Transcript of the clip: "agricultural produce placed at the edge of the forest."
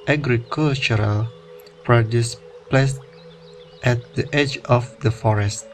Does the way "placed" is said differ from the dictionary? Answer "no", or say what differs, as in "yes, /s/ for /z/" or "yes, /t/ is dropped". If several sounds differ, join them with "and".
no